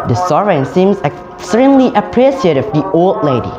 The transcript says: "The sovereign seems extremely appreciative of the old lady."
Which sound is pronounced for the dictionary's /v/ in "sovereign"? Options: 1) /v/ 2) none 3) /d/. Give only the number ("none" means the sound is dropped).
2